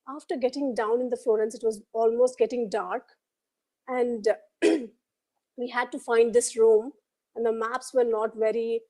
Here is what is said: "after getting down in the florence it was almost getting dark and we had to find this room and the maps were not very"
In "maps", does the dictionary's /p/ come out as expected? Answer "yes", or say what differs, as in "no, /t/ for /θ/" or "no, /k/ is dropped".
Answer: yes